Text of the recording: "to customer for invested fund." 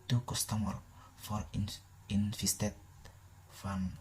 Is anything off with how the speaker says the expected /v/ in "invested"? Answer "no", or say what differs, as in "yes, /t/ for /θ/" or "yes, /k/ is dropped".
yes, /f/ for /v/